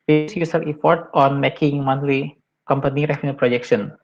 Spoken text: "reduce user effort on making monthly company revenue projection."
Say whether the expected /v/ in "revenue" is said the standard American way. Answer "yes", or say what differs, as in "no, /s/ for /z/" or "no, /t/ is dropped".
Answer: no, /f/ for /v/